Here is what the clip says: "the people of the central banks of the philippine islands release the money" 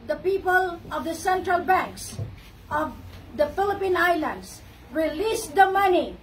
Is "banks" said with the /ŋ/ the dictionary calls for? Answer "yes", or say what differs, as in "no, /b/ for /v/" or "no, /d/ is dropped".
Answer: yes